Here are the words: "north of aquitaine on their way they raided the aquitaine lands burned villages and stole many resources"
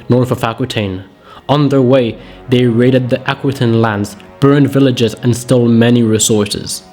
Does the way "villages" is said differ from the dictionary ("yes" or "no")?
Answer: no